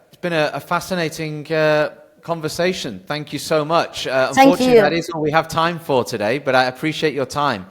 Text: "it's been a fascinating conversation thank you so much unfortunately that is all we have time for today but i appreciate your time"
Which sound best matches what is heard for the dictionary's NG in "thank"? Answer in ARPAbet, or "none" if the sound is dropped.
NG